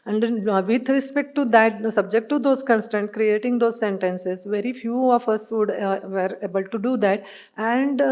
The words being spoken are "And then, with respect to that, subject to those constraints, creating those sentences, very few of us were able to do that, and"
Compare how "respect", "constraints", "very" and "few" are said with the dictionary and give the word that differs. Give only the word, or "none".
constraints